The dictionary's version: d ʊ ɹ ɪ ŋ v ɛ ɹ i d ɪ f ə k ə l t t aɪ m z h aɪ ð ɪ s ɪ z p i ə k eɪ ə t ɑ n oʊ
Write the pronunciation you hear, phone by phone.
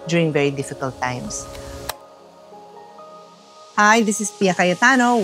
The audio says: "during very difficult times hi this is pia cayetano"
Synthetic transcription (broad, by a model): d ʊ ɹ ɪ ŋ v ɛ ɹ i d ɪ f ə k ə l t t aɪ m s h aɪ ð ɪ s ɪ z p i ə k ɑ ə t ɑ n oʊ